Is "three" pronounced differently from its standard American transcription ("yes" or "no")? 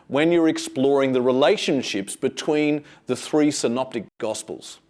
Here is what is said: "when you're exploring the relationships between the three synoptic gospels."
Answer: no